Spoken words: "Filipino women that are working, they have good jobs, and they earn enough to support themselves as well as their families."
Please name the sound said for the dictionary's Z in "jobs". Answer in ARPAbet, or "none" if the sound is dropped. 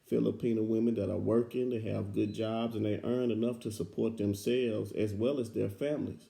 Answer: Z